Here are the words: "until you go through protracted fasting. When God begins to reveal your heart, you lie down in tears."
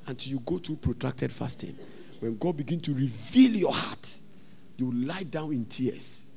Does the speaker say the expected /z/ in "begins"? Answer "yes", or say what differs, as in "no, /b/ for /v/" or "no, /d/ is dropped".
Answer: no, /z/ is dropped